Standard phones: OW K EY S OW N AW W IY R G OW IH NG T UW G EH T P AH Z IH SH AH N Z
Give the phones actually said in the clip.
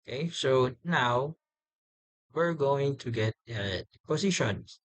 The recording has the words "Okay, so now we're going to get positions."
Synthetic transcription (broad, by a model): K EY S OW N AW W IY R G OW IH NG T UW G EH T P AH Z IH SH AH N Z